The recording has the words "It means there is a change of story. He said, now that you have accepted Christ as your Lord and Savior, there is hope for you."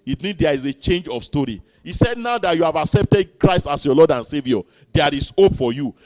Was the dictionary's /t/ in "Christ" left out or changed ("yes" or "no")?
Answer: no